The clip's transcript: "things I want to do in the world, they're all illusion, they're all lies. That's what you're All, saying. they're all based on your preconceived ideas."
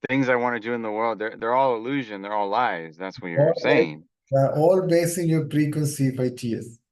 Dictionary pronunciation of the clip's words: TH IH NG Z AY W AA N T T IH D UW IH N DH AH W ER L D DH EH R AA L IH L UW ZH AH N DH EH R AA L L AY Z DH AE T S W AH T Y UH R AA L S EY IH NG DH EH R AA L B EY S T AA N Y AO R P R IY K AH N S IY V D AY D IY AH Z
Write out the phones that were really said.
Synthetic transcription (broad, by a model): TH IH NG Z AY W AA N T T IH D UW IH N DH AH W ER L D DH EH R AA L IH L UW ZH AH N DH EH R AA L L AY Z DH AE T S W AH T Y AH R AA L S EY IH NG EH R AA L B EY S IH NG Y AO R P R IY K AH N S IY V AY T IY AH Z